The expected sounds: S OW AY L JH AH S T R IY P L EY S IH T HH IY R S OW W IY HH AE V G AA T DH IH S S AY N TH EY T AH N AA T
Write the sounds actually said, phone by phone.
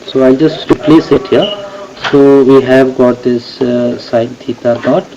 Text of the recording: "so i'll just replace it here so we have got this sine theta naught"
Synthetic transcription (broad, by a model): S OW AY L JH AH S T R IY P L EY S IH T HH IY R S OW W IY HH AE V G AA T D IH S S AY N T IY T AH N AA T